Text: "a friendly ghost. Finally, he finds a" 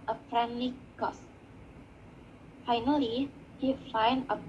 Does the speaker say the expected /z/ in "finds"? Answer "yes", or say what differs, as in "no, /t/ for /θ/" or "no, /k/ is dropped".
no, /z/ is dropped